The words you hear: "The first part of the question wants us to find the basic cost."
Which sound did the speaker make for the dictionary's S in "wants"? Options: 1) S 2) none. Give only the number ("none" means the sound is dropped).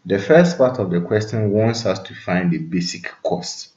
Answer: 1